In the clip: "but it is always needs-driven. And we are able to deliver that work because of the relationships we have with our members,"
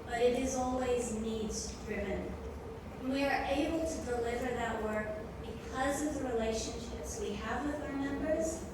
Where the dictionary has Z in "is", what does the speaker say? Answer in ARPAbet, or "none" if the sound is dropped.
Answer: Z